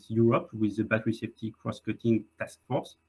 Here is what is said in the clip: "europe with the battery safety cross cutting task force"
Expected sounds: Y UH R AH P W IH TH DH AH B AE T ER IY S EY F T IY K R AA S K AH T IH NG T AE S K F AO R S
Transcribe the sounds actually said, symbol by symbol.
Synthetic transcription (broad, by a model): Y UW R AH P W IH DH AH B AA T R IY S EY P T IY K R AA S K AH T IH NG T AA S K F AO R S